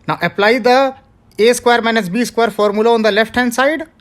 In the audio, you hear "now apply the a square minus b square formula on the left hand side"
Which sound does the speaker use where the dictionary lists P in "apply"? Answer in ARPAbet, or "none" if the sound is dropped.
P